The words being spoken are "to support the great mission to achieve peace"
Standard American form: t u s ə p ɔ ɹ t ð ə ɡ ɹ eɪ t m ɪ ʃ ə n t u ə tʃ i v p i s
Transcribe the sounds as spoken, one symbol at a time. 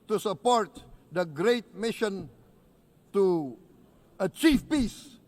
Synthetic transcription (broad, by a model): t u s ə p ɔ ɹ t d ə ɡ ɹ eɪ t m ɪ ʃ ə n t u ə tʃ i f p i s